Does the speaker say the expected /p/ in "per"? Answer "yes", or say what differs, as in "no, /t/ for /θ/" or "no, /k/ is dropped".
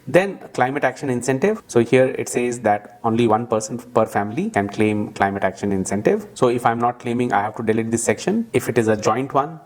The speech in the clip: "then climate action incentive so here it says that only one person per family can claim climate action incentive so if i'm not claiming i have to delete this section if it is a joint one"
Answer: yes